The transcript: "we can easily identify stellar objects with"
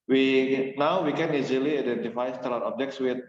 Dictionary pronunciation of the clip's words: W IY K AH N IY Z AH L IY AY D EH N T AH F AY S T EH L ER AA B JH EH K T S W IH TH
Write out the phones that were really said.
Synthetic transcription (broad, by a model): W IY K AH N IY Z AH L IY AY D EH N T AH F AY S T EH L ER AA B JH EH K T S W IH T